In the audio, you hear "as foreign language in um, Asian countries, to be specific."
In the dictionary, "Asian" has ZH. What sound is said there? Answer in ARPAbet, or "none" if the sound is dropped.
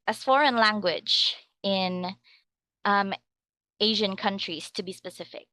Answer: ZH